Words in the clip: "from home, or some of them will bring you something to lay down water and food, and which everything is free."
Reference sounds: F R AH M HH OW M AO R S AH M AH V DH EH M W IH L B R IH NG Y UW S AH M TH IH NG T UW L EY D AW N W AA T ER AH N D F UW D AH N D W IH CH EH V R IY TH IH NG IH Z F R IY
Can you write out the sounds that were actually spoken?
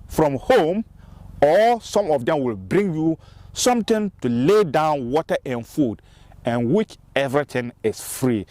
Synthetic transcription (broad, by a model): F R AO M HH OW M AO L S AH M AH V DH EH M W IH L B R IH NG Y UW S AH M T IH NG T UW L EY D AW N W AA T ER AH N F UW D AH N W IH CH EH V R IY T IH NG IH S F R IY